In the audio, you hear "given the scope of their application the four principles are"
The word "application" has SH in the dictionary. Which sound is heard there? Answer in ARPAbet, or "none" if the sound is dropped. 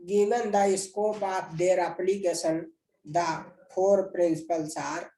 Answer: S